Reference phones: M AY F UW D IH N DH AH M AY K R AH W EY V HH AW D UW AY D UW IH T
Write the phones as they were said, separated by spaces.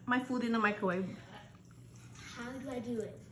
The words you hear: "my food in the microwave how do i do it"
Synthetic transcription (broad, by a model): M AY F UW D IH N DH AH M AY K AH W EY HH AW D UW AY D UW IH T